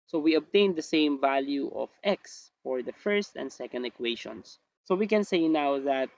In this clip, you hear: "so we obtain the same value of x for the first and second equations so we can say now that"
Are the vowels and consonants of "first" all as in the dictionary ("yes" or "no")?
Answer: yes